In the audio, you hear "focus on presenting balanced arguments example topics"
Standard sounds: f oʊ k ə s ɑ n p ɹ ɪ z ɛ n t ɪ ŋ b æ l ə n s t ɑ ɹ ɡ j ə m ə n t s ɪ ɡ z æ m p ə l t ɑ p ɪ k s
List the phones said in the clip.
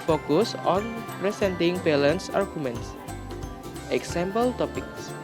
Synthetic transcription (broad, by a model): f oʊ k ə s ɑ n p ɹ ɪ s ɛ n t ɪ ŋ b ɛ l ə n s ɑ ɹ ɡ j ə m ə n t s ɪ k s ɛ m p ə l t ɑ p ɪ k s